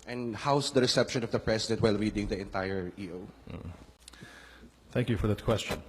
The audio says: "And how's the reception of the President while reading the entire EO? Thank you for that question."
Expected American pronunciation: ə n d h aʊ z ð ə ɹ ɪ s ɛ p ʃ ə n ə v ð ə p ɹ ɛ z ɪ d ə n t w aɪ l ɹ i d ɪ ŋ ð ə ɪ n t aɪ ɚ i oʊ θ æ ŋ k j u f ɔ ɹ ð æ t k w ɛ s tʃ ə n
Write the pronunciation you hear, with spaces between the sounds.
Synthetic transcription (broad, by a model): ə n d h aʊ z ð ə ɹ ɪ s ɛ p ʃ ə n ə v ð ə p ɹ ɛ s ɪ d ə n t w aɪ l ɹ i d ɪ ŋ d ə ɪ n t aɪ ɚ i oʊ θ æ ŋ k j u f ɔ ɹ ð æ t k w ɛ s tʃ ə n